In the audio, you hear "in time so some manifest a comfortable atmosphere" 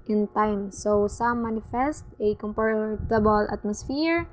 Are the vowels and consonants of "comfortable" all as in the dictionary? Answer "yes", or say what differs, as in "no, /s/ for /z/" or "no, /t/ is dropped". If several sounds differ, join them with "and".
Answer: no, /p/ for /f/